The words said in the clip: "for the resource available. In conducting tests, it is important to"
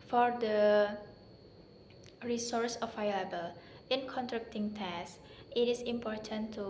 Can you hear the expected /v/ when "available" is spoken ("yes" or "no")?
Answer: no